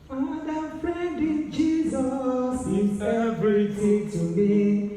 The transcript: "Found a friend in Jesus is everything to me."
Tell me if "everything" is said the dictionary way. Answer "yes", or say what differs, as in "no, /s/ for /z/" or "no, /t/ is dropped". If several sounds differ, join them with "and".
no, /t/ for /θ/